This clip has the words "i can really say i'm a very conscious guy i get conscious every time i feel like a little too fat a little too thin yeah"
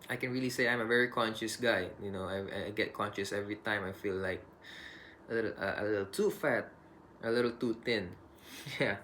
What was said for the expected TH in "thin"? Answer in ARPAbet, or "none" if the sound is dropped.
T